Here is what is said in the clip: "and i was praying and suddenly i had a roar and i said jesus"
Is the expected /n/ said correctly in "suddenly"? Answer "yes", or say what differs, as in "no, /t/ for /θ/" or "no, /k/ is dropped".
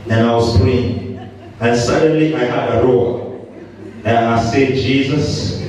yes